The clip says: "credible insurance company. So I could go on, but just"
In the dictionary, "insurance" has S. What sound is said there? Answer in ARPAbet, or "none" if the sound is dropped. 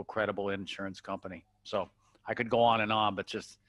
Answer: S